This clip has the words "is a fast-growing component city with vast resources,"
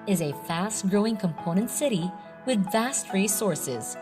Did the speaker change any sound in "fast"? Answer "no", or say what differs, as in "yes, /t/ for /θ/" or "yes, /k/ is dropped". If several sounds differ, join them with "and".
no